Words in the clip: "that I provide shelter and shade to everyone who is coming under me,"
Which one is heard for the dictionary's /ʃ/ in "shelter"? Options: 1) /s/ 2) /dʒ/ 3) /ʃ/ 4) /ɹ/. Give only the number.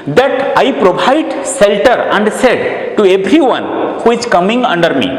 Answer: 1